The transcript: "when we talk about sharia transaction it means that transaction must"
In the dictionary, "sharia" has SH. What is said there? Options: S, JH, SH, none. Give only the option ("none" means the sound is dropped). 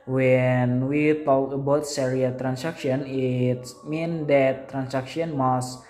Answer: S